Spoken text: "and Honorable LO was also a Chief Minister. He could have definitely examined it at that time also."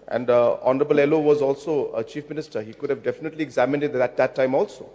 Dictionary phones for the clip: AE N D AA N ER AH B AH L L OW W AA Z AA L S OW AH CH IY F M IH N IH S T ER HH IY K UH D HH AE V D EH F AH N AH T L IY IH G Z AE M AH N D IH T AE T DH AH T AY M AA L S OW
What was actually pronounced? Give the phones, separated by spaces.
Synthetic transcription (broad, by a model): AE N D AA N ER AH B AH L L OW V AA Z AA L S OW AH CH IY F M IH N IH S T ER HH IY K UH D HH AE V D EH F AH N AH T L IY IH G Z AE M AH N D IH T AE T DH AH T AY M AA L S OW